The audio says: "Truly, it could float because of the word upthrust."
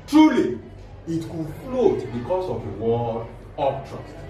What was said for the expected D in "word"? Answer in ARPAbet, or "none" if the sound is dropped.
none